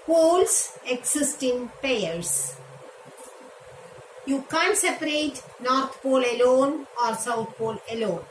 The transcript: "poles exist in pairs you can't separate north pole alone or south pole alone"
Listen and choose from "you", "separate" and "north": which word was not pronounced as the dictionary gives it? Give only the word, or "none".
north